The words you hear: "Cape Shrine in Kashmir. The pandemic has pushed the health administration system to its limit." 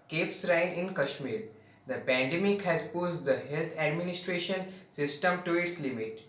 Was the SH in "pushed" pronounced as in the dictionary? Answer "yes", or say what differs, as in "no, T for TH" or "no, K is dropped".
no, S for SH